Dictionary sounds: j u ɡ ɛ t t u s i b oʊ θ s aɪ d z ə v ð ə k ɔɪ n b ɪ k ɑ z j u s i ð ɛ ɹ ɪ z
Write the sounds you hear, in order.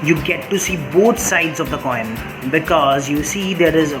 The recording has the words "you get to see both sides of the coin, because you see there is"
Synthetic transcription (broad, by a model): j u ɡ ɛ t t u s i b oʊ t s aɪ d z ə v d ə k ɔɪ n b ɪ k ɑ z j u s i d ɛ ɹ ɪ z